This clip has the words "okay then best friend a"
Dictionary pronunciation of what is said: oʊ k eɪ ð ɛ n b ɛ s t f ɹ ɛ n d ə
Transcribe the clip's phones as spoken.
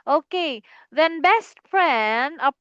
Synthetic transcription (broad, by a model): oʊ k eɪ ð ɛ n b ɛ s t p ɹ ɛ n ə